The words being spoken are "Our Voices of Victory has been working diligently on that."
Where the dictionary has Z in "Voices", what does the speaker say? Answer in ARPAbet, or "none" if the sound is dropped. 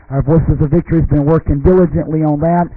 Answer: Z